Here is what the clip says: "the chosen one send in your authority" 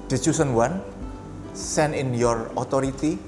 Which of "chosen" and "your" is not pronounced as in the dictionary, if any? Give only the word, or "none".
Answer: chosen